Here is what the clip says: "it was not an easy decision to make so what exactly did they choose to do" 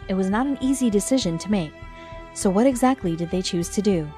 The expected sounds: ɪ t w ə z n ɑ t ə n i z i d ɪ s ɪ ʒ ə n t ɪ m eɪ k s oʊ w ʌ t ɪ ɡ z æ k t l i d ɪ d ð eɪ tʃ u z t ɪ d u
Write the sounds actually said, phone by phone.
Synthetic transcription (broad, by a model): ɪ t w ə z n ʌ t n i z i d ɪ s ɪ ʒ ə n t ɪ m eɪ k s oʊ w ʌ t ɪ ɡ z æ k t l i d ɪ d ð eɪ tʃ u z t ɪ d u